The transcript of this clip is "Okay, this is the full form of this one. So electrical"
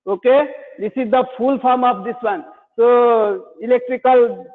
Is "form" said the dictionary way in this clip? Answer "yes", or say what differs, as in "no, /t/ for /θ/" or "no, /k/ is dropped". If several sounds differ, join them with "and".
no, /p/ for /f/